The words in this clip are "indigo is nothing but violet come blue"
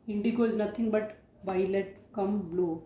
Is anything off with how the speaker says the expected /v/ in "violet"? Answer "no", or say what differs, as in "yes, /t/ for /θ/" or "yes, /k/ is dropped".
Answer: yes, /b/ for /v/